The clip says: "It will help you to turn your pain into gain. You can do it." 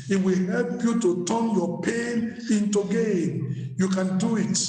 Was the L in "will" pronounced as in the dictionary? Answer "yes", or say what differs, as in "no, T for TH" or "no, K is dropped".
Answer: yes